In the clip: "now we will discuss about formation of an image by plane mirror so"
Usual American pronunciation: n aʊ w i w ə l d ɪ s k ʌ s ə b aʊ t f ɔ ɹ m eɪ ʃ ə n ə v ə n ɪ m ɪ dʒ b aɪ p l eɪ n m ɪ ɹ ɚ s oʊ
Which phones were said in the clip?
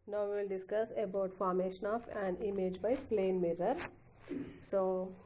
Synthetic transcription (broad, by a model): n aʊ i l d ɪ s k ʌ s ə b aʊ t f ɔ ɹ m eɪ ʃ ə n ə f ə n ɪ m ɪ dʒ b aɪ p l eɪ n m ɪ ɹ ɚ s oʊ